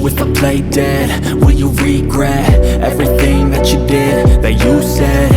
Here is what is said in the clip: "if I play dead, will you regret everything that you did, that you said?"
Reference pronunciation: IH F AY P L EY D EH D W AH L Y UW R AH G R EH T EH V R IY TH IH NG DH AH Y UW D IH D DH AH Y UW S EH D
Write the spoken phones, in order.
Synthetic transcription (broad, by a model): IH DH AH P L EY D EH D W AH N Y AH R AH G R EH T EH V R IY TH IH NG DH AH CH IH D IH D DH AH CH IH S EH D